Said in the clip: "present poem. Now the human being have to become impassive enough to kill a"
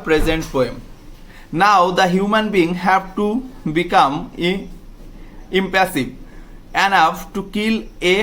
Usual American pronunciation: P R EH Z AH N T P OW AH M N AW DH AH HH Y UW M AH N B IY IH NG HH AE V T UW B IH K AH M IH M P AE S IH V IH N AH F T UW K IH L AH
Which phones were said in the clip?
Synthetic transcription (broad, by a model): P R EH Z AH N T F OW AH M N AW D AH HH Y UW M AH N B IY NG HH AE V T UW B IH K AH M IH M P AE S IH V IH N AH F T UW K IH L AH